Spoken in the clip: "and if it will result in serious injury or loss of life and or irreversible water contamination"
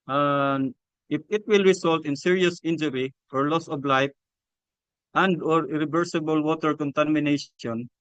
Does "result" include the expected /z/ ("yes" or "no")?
no